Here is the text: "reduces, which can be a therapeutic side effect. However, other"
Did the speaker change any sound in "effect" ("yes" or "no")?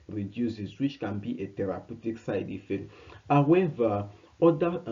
yes